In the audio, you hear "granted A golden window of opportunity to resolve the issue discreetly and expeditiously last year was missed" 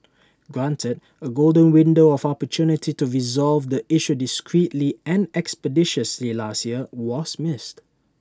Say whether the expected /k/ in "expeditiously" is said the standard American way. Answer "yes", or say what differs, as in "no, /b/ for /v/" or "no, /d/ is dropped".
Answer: yes